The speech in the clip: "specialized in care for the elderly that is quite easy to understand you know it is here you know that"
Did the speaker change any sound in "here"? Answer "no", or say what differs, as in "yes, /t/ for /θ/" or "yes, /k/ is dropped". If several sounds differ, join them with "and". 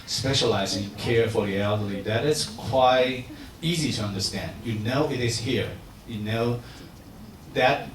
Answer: no